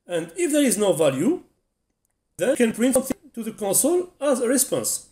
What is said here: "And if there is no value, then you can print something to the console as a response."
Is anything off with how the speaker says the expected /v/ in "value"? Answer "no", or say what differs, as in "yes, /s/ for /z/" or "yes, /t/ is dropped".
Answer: no